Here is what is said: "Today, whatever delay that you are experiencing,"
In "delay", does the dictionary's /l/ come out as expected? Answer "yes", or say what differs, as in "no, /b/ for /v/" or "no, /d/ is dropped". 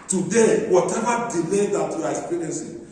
yes